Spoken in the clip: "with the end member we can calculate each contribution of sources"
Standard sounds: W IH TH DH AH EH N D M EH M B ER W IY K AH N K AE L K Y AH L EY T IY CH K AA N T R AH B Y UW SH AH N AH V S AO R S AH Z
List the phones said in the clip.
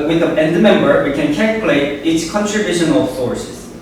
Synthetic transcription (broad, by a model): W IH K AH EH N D M EH M B ER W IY K AH N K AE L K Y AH L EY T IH S K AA N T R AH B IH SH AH N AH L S AO R S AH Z